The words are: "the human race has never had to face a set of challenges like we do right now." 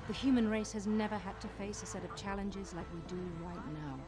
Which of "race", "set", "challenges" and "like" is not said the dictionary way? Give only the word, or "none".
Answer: none